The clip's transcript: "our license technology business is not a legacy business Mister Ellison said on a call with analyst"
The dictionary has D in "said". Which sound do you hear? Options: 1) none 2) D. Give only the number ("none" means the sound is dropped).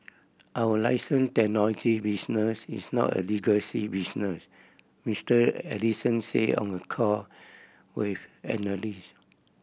1